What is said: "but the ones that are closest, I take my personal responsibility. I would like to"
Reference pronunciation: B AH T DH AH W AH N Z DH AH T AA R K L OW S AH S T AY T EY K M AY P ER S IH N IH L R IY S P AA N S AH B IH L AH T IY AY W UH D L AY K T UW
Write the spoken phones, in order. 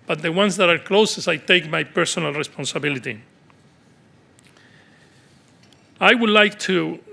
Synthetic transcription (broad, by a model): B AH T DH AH W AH N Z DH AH T AA R K L OW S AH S AY T EY K M AY P ER S IH N IH L R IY S P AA N S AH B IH L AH T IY AY W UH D L AY K T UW